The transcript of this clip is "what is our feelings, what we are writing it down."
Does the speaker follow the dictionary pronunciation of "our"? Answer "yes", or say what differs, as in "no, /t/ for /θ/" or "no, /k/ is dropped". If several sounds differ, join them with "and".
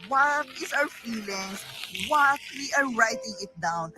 no, /w/ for /ɹ/